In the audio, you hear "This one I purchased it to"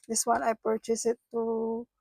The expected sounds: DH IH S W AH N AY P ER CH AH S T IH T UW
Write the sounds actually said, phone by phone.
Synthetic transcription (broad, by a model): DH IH S W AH N AY P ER CH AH S IH T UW